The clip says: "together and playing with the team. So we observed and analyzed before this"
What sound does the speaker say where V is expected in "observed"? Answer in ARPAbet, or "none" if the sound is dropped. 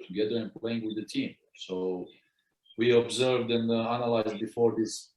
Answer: V